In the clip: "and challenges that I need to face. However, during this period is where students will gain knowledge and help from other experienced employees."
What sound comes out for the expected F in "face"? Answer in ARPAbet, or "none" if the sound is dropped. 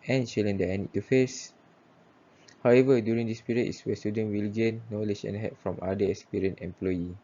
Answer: F